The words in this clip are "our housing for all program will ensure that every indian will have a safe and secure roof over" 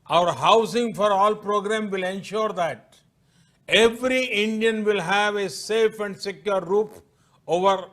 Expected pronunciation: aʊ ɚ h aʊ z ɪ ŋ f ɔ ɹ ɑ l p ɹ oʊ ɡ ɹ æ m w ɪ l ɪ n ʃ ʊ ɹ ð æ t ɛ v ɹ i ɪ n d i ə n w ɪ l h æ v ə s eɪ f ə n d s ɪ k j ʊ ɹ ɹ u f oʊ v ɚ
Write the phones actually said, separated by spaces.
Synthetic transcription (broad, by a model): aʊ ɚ h aʊ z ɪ ŋ f ɔ ɹ ɑ l p ɹ oʊ ɡ ɹ æ m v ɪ l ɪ n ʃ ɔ ɹ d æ t ɛ v ɹ i ɪ n d i ə n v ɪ l h æ v ə s eɪ f ə n d s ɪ k j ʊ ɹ ɹ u p oʊ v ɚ